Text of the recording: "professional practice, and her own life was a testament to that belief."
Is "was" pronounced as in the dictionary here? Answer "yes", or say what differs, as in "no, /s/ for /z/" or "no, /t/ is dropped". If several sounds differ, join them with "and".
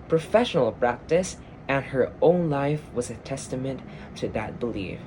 yes